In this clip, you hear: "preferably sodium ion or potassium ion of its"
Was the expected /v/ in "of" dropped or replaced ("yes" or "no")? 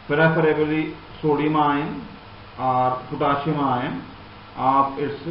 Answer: yes